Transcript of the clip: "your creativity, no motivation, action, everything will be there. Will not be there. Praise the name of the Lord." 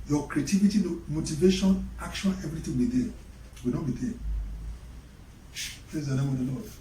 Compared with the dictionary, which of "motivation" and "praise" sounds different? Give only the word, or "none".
praise